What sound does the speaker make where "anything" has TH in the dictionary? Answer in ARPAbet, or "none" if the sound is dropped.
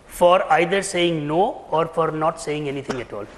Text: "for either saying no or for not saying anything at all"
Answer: T